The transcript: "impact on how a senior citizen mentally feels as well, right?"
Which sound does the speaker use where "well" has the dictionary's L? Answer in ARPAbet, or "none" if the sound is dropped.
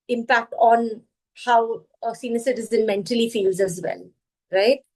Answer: N